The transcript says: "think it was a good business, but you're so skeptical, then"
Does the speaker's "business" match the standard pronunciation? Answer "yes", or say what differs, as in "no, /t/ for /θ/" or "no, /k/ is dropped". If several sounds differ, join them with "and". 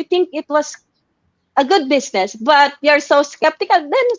no, /s/ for /z/